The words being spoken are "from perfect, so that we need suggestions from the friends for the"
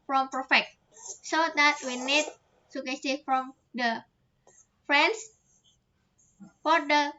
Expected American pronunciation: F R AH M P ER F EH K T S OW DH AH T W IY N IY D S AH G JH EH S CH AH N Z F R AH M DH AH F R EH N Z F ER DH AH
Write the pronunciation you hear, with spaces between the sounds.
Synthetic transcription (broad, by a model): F R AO M P ER F EH K T S OW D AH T W IY N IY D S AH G EH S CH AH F R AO M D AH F R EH N S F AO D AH